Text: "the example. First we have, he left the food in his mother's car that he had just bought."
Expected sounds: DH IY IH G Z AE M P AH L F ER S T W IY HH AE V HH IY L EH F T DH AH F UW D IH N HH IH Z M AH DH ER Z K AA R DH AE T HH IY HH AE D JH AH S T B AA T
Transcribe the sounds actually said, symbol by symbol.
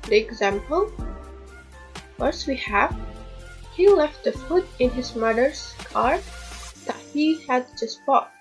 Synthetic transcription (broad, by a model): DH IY IH G Z AE M P AH L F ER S W IY HH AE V HH IY L EH F T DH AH F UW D IH N HH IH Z M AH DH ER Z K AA R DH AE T HH IY HH AE D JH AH S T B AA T